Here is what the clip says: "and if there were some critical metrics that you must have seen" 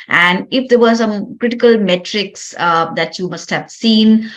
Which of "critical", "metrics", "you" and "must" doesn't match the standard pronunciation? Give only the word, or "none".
none